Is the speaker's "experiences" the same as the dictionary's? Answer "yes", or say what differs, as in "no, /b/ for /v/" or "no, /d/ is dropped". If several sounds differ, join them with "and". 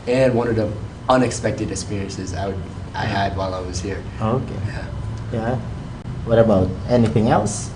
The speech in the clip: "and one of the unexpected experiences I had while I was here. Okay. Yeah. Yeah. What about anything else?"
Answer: yes